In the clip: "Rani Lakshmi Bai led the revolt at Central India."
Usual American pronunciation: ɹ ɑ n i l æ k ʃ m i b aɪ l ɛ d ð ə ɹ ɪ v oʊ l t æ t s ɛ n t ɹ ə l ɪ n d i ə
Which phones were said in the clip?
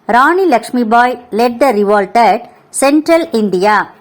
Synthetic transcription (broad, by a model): ɹ ɑ n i l æ k ʃ m i b aɪ l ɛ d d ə ɹ ɪ v oʊ l t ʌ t s ɛ n t ɹ ə l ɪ n d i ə